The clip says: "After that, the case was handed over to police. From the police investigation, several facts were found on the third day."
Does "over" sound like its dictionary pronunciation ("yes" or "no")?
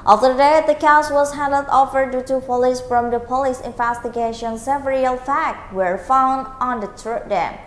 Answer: no